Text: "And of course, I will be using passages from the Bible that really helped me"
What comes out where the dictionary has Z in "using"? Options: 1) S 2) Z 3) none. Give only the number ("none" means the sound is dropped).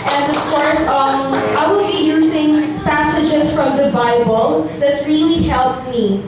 2